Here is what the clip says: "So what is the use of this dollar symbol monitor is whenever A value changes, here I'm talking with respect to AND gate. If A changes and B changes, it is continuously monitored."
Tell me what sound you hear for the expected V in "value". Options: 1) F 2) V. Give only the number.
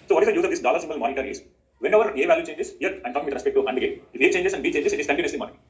2